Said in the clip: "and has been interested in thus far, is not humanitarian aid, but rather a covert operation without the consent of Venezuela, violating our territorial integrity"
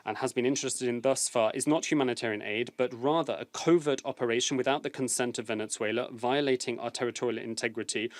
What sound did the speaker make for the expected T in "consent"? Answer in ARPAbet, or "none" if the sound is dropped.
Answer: T